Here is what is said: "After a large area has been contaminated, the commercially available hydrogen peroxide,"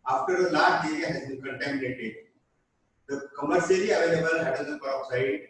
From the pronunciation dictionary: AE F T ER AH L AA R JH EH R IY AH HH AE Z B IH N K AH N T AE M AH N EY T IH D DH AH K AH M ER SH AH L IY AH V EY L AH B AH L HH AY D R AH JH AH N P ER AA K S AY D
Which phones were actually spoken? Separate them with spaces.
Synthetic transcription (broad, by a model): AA F T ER AH L AA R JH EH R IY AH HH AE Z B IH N K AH N T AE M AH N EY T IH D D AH K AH M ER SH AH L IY AH V EY L AH B AH L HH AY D AH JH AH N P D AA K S AY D